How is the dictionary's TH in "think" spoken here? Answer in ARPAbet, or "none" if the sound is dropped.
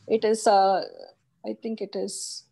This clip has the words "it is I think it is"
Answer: T